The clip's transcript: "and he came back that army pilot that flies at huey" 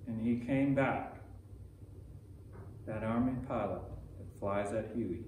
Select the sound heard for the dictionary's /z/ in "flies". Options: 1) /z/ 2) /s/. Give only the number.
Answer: 1